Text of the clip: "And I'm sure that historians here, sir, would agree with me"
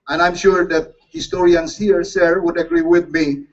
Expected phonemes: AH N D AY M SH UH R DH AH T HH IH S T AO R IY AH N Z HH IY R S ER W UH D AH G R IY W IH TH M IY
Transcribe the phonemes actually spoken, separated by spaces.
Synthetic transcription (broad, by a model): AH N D AY M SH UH R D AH T HH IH S T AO R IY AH N S HH IY R S ER W UH D AH G R IY W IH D M IY